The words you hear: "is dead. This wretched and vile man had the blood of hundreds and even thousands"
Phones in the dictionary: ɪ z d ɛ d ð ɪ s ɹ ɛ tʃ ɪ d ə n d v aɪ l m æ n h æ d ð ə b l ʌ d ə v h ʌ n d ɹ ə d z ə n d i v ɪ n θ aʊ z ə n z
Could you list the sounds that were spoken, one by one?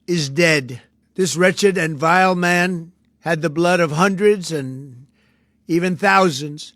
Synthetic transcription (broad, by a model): ɪ z d ɛ d ð ɪ s ɹ ɛ tʃ ɪ d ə n v aɪ l m æ n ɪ d ð ə b l ʌ d ə v h ʌ n d ɹ ə d z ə n i v ɪ n θ aʊ z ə n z